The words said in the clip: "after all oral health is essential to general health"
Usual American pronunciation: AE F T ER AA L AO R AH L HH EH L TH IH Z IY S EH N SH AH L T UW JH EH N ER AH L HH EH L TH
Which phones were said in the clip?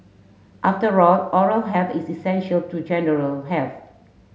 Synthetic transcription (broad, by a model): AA F T ER AA L AO R AH L HH EH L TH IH S IY S EH N SH AH L T UW JH EH N ER AH L HH EH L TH